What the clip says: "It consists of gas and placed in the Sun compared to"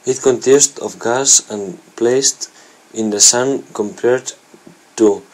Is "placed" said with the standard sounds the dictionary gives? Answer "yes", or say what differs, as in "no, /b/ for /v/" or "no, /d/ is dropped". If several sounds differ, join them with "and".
yes